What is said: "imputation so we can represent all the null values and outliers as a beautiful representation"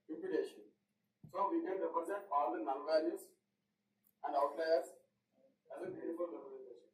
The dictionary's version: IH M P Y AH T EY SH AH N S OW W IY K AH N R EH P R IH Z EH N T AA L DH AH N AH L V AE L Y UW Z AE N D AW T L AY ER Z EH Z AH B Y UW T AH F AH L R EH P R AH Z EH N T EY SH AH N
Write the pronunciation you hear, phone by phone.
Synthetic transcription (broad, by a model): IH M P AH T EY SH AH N S OW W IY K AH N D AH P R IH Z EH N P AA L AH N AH N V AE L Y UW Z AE N D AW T L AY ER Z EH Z AH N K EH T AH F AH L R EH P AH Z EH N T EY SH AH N